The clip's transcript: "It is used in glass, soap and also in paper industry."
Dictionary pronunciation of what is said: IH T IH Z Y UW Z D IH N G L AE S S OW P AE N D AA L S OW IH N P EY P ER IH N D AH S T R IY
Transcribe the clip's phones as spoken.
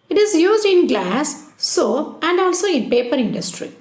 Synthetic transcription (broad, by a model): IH T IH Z Y UW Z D IH N G L AE S S OW AE N D AA L S OW IH N P EY P ER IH N D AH S T R IY